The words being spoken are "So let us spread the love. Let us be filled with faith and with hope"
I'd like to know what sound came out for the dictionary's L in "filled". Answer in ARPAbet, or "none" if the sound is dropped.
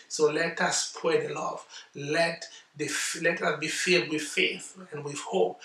none